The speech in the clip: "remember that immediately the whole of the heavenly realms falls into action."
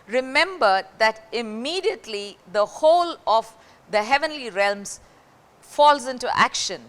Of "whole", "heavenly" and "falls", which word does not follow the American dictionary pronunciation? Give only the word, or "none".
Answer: none